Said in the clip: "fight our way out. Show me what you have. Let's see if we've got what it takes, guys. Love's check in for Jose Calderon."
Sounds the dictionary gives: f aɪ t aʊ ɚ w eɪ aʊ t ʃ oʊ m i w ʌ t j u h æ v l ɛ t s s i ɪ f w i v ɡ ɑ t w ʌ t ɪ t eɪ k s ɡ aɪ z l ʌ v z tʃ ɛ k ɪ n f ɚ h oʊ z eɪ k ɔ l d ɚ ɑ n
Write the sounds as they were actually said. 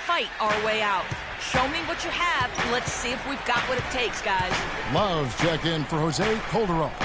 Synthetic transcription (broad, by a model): f aɪ t aʊ ɚ w eɪ aʊ t ʃ oʊ m i w ʌ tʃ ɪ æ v l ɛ t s s i ɪ f w i v ɡ ɑ t w ʌ t ɪ t eɪ k s ɡ aɪ z l ʌ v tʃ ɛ k ɪ n f ɚ h oʊ z eɪ k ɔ l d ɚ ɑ